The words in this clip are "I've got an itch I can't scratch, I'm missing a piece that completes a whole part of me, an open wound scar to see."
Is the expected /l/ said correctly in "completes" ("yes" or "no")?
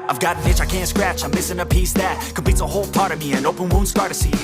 no